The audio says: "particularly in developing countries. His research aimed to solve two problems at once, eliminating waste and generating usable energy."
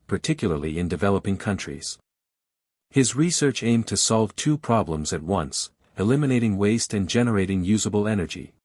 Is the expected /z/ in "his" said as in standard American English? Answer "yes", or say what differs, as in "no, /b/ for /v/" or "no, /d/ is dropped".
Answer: yes